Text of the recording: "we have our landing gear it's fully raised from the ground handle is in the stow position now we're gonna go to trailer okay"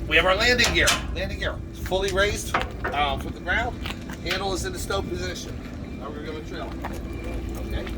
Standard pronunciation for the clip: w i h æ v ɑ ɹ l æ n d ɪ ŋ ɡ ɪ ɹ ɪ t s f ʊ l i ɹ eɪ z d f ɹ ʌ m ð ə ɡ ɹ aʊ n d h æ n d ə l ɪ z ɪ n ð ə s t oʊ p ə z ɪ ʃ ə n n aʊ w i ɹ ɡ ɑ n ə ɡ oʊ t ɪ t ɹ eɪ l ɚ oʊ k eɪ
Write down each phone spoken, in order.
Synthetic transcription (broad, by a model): w i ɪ v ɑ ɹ l æ n d ɪ ŋ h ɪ ɹ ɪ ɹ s f ʊ l i ɹ eɪ z d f ɹ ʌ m ð ə ɡ ɹ aʊ n d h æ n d l ɪ z ɪ n ð ə s t oʊ p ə z ɪ ʃ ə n n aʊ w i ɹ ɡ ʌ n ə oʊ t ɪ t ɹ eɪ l oʊ k eɪ